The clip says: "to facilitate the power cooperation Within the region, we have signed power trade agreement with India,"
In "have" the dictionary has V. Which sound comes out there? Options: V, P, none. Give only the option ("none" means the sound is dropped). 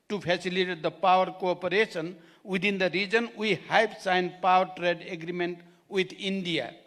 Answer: P